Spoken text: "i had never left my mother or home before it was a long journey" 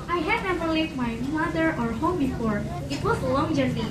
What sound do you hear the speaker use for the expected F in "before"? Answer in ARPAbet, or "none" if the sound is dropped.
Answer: F